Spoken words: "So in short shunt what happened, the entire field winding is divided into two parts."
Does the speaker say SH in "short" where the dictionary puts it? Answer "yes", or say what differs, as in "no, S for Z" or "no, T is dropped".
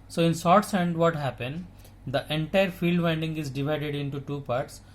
no, S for SH